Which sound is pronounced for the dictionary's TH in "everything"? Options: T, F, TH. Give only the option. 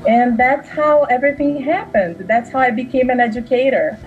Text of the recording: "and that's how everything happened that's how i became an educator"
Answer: TH